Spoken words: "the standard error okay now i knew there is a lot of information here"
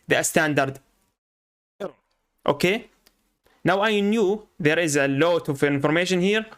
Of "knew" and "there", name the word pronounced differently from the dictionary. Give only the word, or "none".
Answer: none